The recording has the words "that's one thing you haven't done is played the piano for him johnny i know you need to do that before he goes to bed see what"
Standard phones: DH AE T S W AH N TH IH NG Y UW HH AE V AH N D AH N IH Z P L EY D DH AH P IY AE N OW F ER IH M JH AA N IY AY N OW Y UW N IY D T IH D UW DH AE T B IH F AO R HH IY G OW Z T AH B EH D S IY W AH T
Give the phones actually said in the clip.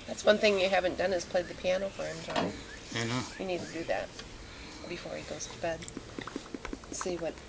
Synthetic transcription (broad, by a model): DH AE T S W AH N TH IH NG Y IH HH AE V AH N D AH N IH Z P L EY D DH AH P IY AE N OW F ER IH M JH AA IY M N OW Y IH N IY D T IH D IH DH AE T B IH F AO R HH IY G OW Z T AH B EH D S IY W AH T